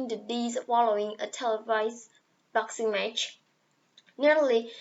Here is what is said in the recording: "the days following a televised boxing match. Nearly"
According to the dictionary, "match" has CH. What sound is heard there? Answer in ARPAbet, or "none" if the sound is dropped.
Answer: CH